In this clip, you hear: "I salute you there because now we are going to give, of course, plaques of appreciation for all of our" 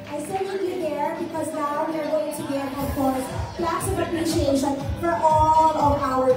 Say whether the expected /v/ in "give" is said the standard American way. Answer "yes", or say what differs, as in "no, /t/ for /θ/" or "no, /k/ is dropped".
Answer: no, /v/ is dropped